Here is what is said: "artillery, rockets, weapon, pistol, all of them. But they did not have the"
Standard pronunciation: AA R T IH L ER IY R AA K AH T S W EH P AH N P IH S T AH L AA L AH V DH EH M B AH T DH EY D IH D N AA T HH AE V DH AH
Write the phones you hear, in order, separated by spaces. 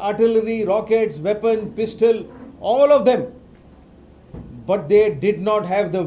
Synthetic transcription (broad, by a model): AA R T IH L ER IY R AA K AH T S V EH P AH N P IH S T AH L AA L AH V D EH M B AH T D EY D IH D N AA T HH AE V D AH